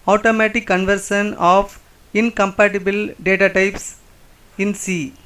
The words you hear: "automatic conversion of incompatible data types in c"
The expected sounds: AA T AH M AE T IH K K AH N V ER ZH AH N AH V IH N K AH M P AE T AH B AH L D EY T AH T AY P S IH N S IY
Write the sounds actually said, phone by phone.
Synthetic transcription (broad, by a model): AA T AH M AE T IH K K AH N V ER SH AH N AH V IH N K AH M P AE T AH B AH L D EY T AH T AY P S IH N S IY